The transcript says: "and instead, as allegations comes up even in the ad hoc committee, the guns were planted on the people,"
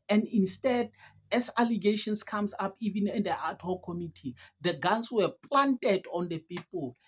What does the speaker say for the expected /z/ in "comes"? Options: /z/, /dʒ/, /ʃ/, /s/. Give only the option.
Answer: /s/